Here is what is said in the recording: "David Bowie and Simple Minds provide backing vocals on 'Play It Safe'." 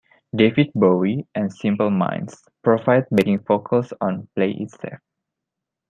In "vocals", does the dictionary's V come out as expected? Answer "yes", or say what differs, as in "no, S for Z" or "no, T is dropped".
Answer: no, F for V